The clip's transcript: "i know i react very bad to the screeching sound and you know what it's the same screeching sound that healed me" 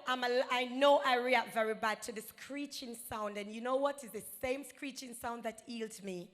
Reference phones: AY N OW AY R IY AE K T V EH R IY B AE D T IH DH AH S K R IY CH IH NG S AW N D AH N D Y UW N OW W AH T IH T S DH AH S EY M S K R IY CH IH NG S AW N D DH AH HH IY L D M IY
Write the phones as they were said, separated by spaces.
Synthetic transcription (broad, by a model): AY N OW AY R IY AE T V EH R IY B AE D T IH DH AH S K R IY CH IH NG S AW N D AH N Y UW N OW W AH T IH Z DH AH S EY M S K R IY CH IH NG S AW N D DH AH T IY L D M IY